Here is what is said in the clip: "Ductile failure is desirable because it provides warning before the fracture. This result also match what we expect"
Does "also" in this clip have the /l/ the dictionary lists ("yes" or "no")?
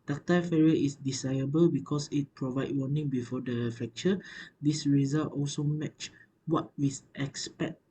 yes